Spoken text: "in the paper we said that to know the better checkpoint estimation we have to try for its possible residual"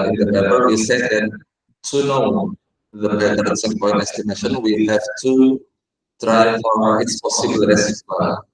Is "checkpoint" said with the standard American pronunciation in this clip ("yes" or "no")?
no